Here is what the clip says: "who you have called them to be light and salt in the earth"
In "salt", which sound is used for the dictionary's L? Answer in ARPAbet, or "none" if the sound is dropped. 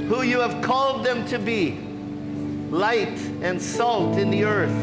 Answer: L